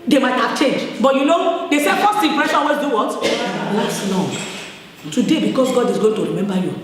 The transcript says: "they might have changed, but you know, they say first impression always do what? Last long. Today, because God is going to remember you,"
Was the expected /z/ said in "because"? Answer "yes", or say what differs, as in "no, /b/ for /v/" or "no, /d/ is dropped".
no, /s/ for /z/